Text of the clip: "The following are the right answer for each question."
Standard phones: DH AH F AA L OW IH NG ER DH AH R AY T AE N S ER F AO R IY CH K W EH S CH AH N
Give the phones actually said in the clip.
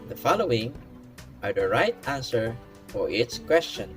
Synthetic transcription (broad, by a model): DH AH F AA L OW IH NG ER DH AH R AY T AE N S ER F AO R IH S K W EH S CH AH N